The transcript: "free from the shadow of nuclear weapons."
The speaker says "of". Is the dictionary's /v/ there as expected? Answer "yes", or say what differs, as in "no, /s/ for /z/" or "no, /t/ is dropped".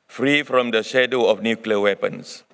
no, /f/ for /v/